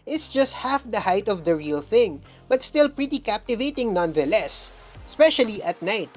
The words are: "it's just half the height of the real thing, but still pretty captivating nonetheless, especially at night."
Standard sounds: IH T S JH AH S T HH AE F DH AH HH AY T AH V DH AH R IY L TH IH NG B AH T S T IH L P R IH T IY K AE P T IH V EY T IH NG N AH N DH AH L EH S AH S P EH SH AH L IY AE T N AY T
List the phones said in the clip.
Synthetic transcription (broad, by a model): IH T S JH AH S T HH AE F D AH HH AY T AH V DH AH R IY L TH IH NG B AH T S T IH L P R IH T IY K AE P T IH V EY T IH NG N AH N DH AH L EH S S P EH SH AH L IY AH T N AY T